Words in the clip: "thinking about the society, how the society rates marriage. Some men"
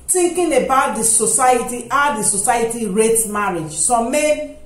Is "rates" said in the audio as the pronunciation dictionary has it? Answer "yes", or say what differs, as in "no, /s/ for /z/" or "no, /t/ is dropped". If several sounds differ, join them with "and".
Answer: no, /s/ is dropped